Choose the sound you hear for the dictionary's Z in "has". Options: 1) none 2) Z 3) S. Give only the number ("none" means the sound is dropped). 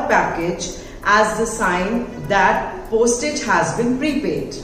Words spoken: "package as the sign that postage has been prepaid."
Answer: 2